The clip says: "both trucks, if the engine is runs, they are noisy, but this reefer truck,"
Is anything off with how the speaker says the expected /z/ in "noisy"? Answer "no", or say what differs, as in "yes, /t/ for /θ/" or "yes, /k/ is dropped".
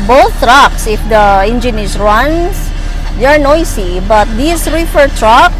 yes, /s/ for /z/